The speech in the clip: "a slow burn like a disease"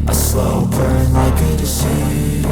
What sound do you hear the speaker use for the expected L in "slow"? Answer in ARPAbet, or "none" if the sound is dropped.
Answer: L